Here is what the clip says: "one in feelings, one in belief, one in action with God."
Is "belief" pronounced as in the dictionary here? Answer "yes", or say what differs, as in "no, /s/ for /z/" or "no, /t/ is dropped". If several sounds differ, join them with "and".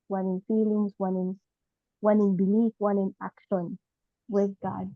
no, /n/ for /l/